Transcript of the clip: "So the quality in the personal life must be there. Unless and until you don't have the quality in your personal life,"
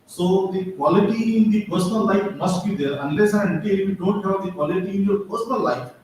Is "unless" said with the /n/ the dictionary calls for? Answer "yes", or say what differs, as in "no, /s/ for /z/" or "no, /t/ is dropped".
yes